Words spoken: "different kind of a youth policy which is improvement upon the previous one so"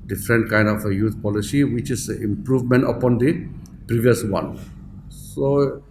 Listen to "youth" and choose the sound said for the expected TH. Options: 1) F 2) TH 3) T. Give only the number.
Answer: 3